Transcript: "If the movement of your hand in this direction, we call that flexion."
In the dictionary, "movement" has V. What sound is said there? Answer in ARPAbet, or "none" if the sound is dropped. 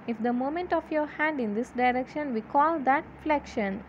none